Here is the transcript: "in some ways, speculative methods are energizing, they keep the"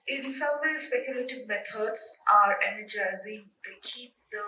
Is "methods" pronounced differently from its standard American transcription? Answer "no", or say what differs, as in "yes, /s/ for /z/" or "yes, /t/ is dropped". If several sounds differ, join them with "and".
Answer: yes, /t/ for /θ/